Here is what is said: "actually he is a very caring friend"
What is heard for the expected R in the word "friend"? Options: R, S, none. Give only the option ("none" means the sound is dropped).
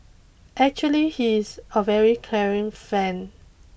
none